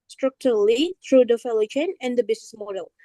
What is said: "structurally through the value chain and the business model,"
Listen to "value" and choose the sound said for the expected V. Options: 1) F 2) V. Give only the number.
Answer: 1